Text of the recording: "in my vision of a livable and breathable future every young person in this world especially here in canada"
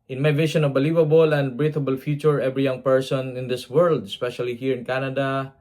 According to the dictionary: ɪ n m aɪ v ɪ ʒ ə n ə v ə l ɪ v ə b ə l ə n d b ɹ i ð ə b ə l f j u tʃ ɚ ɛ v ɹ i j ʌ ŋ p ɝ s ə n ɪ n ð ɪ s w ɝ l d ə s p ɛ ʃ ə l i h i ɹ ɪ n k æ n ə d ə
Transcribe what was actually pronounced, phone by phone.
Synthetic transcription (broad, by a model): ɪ n m aɪ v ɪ ʃ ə n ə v ə l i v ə b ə l ə n d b ɹ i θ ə b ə l f j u tʃ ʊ ɛ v ɹ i j ʌ ŋ p ɝ s ə n ɪ n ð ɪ s w ɝ l d ə s p ɛ ʃ ə l i h i ɹ ɪ n k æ n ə d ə